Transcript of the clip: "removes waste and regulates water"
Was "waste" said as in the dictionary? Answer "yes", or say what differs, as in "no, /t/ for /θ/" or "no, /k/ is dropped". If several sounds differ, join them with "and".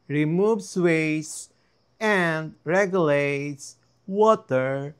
no, /t/ is dropped